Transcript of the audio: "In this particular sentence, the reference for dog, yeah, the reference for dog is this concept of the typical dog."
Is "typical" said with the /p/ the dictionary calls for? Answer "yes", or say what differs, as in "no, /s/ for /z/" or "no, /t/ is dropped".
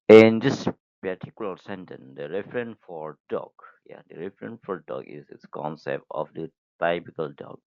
no, /b/ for /p/